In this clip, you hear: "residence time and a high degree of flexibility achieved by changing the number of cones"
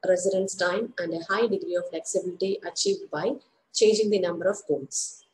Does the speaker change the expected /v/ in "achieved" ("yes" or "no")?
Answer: no